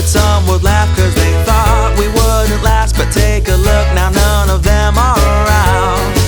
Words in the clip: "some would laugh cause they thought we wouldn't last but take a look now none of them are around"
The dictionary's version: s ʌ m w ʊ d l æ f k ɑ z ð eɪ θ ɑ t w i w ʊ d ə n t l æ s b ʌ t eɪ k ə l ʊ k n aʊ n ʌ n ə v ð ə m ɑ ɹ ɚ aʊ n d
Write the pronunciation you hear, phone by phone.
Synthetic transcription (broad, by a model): s ʌ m w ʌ d l æ f k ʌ z ð eɪ θ ɑ t w i w ʊ d n t l æ s b ʌ t eɪ k ə l ʊ k n aʊ n ʌ n ə v ð ə m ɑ l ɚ aʊ n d